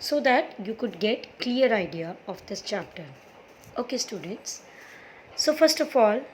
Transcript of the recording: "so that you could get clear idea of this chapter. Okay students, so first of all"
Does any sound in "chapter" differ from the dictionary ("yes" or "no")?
no